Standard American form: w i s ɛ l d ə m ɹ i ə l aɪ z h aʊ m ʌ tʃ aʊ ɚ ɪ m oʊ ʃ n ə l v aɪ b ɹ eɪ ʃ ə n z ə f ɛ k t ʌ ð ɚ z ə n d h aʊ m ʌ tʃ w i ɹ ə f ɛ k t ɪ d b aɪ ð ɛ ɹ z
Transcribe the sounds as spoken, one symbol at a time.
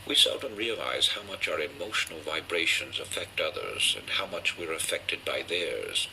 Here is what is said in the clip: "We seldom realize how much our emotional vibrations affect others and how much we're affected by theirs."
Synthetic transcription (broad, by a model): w i s ɛ l d ə m ɹ i ə l aɪ z h aʊ m ʌ tʃ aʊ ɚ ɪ m oʊ ʃ n l v aɪ b ɹ eɪ ʃ ə n z ə f ɛ k t ʌ ð ɚ z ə n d h aʊ m ʌ tʃ w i ɹ ə f ɛ k t ɪ d b aɪ ð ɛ ɹ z